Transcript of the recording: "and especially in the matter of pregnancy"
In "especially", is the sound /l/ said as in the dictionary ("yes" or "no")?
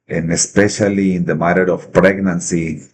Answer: yes